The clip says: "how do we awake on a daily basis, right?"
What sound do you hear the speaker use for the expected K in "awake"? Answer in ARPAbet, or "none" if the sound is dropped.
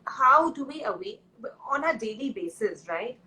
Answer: none